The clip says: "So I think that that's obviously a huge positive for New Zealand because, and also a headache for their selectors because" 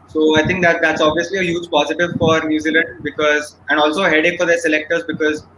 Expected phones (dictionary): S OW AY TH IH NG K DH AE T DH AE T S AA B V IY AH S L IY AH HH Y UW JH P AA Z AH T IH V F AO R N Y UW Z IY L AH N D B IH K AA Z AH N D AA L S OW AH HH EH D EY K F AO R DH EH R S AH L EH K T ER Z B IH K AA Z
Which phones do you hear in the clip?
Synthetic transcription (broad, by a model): S OW AY T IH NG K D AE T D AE T S AA B V IY AH S L IY AH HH Y UW JH P AA Z AH T IH V F AO R N Y UW Z IY L AH N D B IH K AA Z AH N D AA L S OW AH HH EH D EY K F AO R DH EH R S AH L EH K T ER Z B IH K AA Z